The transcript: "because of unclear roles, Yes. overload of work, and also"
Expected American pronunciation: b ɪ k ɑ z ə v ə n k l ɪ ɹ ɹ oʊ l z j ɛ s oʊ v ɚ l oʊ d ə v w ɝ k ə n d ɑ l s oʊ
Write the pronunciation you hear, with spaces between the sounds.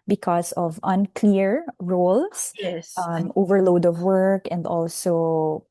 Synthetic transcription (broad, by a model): b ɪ k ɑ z ə v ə n k l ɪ ɹ ɹ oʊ l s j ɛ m oʊ v ɚ l oʊ d ə v w ɝ k ə n d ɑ l s oʊ